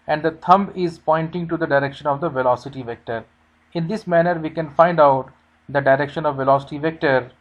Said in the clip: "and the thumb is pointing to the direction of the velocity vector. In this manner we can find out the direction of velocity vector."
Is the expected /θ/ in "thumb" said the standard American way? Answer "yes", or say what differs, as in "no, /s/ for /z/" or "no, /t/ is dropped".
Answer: no, /t/ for /θ/